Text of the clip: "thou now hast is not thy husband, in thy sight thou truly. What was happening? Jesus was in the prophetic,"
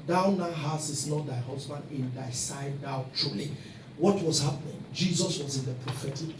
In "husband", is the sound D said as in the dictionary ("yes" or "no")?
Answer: yes